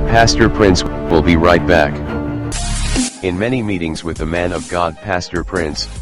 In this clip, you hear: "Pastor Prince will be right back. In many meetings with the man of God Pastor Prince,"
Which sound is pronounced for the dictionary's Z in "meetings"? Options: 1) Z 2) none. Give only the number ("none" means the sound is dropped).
1